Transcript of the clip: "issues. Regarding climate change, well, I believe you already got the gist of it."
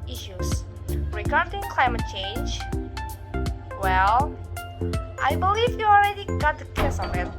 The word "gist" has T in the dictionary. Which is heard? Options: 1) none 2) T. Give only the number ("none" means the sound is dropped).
1